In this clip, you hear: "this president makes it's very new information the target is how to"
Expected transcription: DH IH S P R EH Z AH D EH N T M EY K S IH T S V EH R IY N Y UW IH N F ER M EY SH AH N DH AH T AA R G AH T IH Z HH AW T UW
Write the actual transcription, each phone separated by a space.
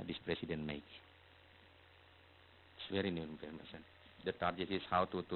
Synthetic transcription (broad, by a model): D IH S P R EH S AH D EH N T M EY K IH T S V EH R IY N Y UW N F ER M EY S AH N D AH T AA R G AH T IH S HH AW T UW